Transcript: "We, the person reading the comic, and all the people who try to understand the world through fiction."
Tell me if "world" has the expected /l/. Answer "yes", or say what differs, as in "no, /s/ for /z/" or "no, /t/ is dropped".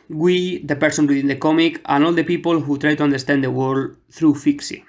no, /l/ is dropped